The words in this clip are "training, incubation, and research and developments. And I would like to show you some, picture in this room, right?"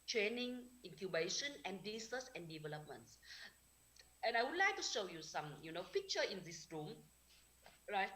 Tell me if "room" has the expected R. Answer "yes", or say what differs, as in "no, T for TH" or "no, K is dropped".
yes